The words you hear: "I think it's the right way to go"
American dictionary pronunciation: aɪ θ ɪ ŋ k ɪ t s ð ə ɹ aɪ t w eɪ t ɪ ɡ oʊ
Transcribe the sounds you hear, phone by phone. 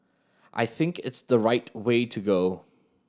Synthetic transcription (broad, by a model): aɪ θ ɪ ŋ k ɪ t s ð ə ɹ aɪ t w eɪ t ɪ ɡ oʊ